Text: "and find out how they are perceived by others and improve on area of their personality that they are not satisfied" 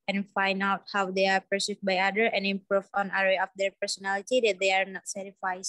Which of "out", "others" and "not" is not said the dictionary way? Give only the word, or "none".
others